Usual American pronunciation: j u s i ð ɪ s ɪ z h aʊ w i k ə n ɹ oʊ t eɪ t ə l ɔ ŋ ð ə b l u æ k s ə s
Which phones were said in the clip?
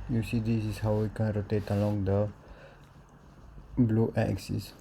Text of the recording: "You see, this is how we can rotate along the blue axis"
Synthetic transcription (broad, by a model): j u s i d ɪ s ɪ s h aʊ w i k ə n ɹ oʊ t eɪ t ə l ɔ ŋ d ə b l u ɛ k s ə s